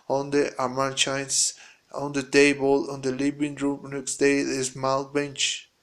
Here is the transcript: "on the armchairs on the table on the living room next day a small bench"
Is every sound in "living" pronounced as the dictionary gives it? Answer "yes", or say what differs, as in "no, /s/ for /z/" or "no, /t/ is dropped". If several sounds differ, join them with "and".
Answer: no, /b/ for /v/